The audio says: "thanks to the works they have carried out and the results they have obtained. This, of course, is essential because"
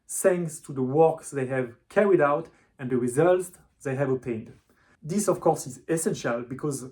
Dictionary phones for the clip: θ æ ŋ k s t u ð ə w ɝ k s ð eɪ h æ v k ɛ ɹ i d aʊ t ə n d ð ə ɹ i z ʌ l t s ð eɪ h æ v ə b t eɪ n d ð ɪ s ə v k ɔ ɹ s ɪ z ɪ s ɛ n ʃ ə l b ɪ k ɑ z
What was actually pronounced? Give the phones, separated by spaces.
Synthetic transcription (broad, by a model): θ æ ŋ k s t u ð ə w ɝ k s ð eɪ h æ v k ɛ ɹ i d aʊ t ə n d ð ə ɹ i z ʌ l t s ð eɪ h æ v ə t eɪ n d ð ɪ s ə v k ɔ ɹ s ɪ z ɪ s ɛ n ʃ ə l b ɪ k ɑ z